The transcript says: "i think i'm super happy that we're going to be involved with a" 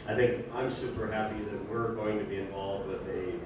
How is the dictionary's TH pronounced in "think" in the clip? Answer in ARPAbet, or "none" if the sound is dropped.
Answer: TH